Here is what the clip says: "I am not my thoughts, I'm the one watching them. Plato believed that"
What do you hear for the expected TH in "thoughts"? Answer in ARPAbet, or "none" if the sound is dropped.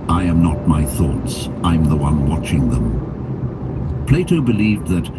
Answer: TH